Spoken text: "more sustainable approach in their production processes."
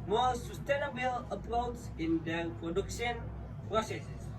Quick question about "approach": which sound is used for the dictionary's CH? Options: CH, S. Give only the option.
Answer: S